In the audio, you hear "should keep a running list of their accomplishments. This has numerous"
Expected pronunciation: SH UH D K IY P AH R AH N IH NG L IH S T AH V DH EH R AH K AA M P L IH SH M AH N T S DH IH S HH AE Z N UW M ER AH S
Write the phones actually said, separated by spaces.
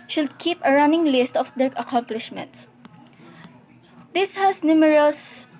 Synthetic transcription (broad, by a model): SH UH D K IY P AH R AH N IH NG L IH S T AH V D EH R AH K AA M P L IH SH M AH N T S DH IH S HH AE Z N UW M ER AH S